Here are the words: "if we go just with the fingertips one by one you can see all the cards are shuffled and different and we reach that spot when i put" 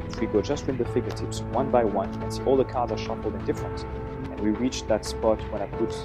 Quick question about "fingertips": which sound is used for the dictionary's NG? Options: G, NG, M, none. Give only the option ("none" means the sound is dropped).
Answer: none